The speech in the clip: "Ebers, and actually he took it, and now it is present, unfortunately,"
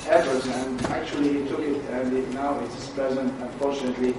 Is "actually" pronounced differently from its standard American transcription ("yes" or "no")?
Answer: yes